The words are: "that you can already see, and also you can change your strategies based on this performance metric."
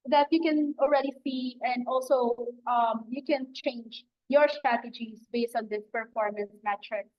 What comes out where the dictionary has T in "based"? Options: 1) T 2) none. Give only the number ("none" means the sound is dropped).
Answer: 1